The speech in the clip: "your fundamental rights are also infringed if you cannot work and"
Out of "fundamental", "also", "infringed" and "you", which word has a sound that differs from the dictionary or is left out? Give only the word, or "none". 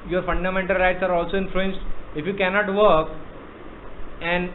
infringed